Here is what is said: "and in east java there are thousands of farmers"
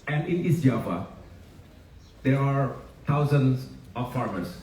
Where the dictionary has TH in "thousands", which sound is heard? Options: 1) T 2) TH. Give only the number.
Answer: 1